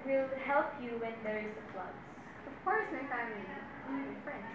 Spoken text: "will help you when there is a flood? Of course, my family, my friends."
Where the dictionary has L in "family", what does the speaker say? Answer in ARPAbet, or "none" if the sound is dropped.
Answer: none